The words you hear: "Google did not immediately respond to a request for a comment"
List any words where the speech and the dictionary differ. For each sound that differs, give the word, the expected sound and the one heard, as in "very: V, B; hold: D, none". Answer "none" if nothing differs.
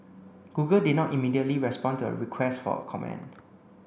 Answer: comment: T, none